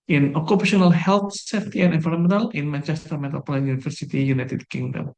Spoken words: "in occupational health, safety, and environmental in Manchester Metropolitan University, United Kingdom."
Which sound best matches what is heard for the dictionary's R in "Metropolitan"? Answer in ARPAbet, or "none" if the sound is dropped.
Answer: none